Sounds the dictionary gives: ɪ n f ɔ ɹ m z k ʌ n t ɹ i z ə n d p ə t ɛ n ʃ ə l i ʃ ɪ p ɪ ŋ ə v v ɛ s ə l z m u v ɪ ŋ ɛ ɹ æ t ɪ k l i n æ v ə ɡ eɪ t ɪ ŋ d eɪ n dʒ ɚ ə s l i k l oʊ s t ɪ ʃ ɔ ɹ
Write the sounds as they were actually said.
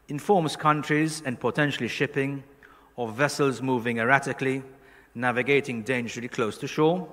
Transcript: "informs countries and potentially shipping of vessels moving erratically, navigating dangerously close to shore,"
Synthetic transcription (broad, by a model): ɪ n f ɔ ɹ m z k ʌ n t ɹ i z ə n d p ə t ɛ n ʃ ə l i ʃ ɪ p ɪ ŋ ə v v ɛ s ə l z m u v ɪ ŋ ɛ ɹ æ t ɪ k l i n æ v ə ɡ eɪ t ɪ ŋ d eɪ n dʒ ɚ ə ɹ l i k l oʊ s t ɪ ʃ ɔ ɹ